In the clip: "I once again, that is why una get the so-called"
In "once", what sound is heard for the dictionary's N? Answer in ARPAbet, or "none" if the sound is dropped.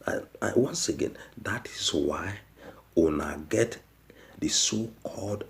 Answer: N